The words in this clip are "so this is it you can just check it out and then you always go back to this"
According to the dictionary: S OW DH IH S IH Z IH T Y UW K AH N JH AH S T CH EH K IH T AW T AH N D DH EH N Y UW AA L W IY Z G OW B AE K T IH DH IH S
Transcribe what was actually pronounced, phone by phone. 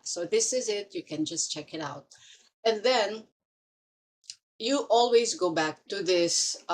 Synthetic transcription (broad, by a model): S OW DH IH S IH Z IH T Y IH K AH N JH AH S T CH EH K IH T AW T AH N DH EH N Y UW AA L W IY Z G OW B AE K T IH DH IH S